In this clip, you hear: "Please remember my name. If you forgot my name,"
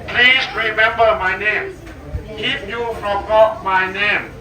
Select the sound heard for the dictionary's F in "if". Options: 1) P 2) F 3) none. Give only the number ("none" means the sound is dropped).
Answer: 1